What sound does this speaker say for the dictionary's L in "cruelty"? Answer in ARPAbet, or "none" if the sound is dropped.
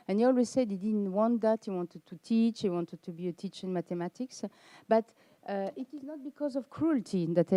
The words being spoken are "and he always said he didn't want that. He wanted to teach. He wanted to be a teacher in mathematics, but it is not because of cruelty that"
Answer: L